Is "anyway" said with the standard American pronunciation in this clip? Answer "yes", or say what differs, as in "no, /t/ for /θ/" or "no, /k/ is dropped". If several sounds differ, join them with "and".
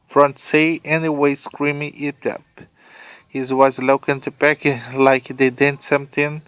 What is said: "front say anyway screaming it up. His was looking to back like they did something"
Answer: yes